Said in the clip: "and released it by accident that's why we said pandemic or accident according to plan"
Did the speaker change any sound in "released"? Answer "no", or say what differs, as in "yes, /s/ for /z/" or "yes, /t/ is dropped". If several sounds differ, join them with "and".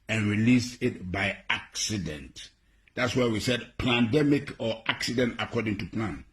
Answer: yes, /t/ is dropped